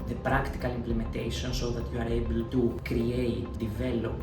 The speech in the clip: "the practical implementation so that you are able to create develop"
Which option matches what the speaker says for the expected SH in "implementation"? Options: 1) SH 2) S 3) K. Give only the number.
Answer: 2